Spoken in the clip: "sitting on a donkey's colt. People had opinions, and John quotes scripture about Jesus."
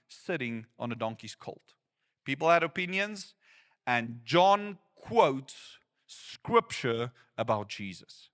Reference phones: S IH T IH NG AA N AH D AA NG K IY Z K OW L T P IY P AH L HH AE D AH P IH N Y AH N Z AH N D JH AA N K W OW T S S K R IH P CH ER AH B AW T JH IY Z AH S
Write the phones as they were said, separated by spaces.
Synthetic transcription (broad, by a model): S IH T IH NG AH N AH D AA NG K IY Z K OW L T P IY P L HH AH D AH P IH N Y AH N Z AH N JH AA N K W OW T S S K R IH P CH ER AH B AW T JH IY Z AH S